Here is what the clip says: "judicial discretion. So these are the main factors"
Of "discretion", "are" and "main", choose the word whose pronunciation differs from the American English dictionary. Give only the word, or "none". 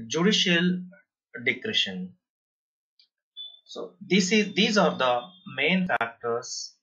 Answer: discretion